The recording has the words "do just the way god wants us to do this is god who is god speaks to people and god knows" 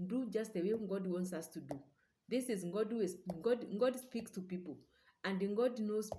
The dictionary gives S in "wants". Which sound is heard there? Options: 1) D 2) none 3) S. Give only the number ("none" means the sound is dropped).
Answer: 3